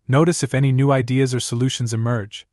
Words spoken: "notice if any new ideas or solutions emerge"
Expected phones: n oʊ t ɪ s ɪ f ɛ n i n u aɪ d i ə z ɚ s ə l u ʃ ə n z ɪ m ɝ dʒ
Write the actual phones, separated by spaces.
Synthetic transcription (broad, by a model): n oʊ t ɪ s ɪ f ɛ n i n u aɪ d i ə z ɚ s ə l u ʃ ə n z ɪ m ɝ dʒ